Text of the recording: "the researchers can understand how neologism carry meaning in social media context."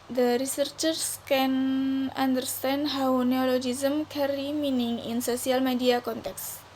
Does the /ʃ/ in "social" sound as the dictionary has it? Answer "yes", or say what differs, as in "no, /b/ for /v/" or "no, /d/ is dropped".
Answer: no, /s/ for /ʃ/